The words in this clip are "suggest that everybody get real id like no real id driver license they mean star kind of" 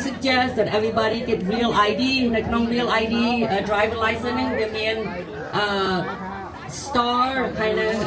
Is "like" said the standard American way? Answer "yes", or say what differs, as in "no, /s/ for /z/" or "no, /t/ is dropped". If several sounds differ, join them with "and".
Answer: no, /n/ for /l/